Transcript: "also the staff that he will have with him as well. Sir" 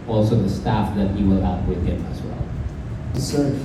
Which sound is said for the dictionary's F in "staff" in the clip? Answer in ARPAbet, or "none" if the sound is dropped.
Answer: F